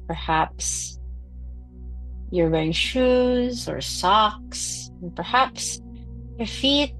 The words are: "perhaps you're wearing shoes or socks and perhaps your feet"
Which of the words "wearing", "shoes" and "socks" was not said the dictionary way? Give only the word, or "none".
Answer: wearing